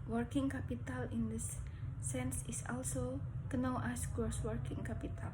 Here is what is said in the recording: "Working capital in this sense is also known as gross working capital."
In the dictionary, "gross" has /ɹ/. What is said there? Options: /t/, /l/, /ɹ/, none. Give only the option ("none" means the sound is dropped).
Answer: none